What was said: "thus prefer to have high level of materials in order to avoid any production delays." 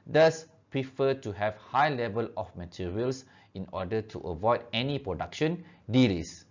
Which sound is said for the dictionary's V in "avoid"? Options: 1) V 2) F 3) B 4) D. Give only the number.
1